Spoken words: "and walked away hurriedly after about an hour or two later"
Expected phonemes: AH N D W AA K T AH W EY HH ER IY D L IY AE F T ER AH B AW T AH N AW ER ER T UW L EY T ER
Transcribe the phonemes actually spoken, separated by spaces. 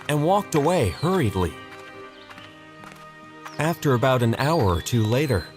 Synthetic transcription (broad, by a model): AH N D W AA K T AH W EY HH ER IY D L IY AE F T ER AH B AW T AH N AW ER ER T UW L EY T ER